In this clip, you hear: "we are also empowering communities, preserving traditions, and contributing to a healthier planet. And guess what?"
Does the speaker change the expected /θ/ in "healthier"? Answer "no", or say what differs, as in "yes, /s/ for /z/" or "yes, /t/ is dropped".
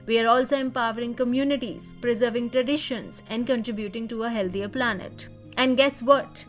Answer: yes, /t/ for /θ/